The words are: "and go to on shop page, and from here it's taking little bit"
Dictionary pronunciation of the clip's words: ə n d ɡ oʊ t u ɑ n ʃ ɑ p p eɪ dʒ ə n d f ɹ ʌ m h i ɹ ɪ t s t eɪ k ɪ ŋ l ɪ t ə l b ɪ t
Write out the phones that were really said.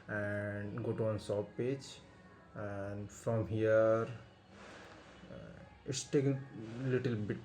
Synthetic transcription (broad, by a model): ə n d ɡ oʊ t u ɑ n s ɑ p p eɪ dʒ ə n d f ɹ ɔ m h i ɹ ɪ t s t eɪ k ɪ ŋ l ɪ t ə l b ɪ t